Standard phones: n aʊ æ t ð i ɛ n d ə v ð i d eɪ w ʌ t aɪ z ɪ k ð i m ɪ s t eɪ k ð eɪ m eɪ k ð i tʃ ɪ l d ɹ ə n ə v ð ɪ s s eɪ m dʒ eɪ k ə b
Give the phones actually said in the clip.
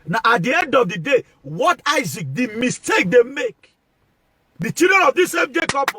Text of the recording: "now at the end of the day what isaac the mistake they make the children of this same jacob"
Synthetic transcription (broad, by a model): n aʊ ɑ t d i ɛ n d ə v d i d eɪ w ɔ t aɪ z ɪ k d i m ɪ s t eɪ k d eɪ m eɪ k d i tʃ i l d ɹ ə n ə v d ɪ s s eɪ m dʒ eɪ k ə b